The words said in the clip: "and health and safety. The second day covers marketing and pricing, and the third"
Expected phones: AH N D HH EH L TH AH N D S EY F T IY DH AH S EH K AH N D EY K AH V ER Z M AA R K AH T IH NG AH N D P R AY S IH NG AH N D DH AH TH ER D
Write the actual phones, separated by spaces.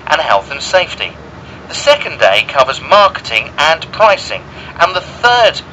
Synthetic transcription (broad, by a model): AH N HH EH L TH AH N S EY F T IY DH AH S EH K AH N D EY K AH V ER Z M AA R K AH T IH NG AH N P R AY S IH NG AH N DH AH TH ER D